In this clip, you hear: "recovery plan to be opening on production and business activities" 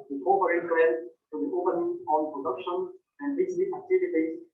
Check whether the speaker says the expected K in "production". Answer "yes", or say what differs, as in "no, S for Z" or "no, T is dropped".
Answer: yes